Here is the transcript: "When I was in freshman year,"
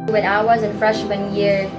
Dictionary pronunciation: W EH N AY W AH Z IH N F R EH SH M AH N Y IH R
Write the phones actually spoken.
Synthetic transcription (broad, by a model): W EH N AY W AH Z IH N F R EH SH M AH N Y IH R